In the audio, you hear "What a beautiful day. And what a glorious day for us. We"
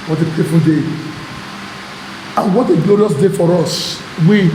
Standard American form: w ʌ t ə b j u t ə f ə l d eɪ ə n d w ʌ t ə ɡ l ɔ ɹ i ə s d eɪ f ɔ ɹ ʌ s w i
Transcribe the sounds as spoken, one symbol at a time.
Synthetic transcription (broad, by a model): w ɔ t ə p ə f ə n d eɪ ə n w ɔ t ə ɡ l ɔ ɹ i ə s d eɪ f ɔ ɹ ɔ s w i